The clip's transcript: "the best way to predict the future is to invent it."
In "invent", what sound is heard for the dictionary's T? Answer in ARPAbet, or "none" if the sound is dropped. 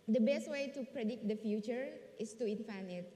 none